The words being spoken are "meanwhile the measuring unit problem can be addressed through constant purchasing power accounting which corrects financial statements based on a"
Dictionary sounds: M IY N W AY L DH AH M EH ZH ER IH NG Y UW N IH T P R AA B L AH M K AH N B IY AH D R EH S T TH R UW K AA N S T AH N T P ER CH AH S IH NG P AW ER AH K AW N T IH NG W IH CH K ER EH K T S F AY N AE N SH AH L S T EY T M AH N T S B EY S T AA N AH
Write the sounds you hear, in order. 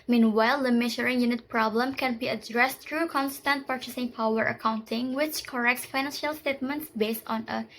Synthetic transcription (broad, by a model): M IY N W AY L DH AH M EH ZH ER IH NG Y UW N IH T P R AA B L AH M K AH N B IY AH D R EH S T R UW K AA N S T AH N T P ER CH AH S IH NG P AW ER AH K AW N T IH NG W IH CH K ER EH K T S F AY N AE N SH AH L S T EY T M AH N T S B EY S T AA N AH